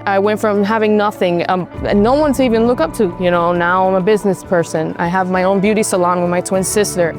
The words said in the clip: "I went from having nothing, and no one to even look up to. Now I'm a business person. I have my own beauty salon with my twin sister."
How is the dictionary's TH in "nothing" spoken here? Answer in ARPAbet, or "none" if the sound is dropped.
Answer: TH